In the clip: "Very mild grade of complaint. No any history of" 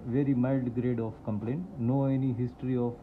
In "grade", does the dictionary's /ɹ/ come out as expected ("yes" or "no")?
yes